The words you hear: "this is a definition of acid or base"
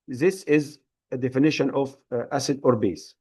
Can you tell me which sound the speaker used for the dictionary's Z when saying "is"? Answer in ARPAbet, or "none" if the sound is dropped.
Z